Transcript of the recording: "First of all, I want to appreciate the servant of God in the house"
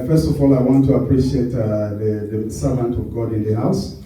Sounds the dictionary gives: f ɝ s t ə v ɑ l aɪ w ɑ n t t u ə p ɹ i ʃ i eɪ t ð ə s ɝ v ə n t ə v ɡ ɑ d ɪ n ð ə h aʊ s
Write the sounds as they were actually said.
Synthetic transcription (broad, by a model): f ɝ s t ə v ɑ l aɪ w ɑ n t t u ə p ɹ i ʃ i eɪ t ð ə s ɝ v ə n t ə v ɡ ɑ d ɪ n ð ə h aʊ s